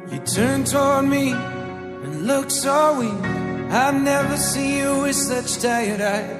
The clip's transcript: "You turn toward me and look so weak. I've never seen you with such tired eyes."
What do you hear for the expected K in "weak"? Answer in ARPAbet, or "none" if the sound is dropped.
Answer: none